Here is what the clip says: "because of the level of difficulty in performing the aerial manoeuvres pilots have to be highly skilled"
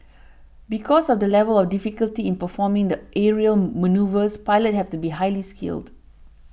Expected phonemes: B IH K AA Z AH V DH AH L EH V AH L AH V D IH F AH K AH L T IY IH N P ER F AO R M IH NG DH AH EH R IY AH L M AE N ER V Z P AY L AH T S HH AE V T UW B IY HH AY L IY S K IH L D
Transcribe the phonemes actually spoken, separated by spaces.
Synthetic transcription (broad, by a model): B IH K AA S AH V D AH L EH V AH L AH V D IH F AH K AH L T IY IH N P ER F AO M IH NG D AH EH R IY AH L M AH N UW V S P AY L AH T HH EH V T UW B IY HH AY L IY S K IH L D